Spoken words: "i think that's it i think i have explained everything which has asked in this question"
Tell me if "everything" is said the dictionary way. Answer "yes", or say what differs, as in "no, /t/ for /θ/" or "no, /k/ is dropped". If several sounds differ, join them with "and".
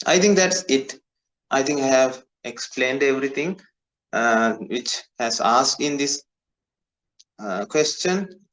no, /t/ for /θ/